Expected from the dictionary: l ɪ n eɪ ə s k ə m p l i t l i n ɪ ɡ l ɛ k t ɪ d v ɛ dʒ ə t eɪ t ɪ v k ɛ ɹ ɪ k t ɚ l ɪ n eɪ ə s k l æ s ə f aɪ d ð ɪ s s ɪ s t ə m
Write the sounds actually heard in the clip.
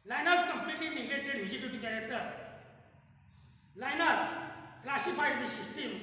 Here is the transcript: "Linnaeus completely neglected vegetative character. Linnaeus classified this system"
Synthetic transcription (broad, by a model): l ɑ n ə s k ə m p l i t l i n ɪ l ɛ t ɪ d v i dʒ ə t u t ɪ k ɛ ɹ ɪ k t ɚ l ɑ n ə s k l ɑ s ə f aɪ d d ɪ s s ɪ s t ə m